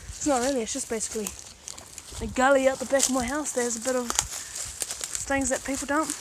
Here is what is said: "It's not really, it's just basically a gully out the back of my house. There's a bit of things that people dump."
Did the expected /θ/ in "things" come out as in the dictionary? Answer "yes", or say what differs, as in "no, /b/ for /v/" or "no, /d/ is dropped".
yes